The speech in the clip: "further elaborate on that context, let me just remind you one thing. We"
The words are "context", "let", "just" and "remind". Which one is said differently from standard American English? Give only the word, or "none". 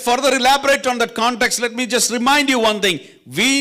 none